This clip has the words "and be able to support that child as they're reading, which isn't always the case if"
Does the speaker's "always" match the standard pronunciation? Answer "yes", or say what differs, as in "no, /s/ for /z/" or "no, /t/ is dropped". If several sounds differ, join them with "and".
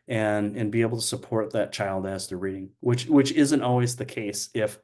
yes